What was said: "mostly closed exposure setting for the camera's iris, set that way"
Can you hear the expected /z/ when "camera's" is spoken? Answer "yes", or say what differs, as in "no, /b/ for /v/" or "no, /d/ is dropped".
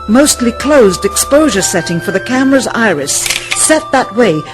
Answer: yes